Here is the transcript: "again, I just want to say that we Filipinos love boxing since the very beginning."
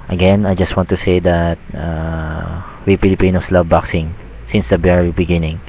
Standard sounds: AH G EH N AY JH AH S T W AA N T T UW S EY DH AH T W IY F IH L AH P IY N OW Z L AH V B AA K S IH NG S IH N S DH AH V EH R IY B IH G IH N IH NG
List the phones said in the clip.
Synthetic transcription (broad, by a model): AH G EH N AY JH AH S T W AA N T T UW S EY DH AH T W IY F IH L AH P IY N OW S L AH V B AA K S IH NG S IH N S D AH B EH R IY B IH G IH N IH NG